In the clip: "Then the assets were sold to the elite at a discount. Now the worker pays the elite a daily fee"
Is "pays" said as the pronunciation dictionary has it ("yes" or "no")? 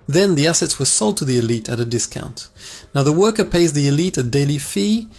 yes